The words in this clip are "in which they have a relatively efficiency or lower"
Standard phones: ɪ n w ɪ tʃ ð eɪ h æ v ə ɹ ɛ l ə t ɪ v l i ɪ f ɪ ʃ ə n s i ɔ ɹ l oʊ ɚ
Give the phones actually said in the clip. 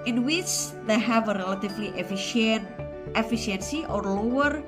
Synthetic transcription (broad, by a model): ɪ n w ɪ tʃ ð eɪ h æ v ə ɹ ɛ l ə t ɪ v l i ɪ f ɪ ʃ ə n s i ɔ ɹ l oʊ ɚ